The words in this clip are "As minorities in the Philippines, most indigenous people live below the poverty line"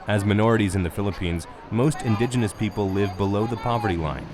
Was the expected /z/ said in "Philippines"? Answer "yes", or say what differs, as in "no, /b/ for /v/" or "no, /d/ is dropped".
yes